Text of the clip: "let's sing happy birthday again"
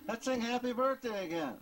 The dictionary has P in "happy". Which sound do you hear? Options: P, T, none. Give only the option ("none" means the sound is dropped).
P